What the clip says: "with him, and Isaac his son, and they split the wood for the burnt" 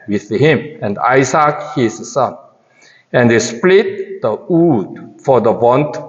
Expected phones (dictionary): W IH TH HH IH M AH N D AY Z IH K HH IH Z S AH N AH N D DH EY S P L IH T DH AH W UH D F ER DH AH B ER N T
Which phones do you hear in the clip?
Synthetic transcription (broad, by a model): W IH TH HH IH M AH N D AY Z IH K HH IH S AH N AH N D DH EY S P L IH T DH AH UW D F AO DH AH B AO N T